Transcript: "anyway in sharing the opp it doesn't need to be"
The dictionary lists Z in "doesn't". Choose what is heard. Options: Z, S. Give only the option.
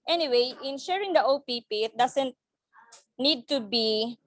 S